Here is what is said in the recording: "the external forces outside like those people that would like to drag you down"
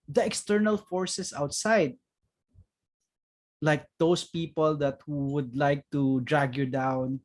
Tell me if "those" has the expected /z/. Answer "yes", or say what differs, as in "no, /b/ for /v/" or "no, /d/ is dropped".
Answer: no, /s/ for /z/